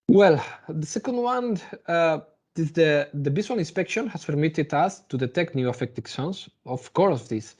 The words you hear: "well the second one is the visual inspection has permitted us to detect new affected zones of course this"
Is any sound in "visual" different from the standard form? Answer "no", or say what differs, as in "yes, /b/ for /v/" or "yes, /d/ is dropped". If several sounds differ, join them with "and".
yes, /n/ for /l/